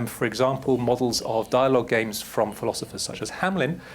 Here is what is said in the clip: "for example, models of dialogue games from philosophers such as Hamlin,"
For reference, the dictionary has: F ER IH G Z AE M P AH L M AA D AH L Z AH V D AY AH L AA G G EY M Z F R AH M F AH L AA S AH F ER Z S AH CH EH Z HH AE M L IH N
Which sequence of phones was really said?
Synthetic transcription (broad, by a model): F ER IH G Z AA M P AH L M AA D AH L Z AH V D AY AH L AA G G EY M Z F R AH M F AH L AA S AH F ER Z S AH CH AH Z HH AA M L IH N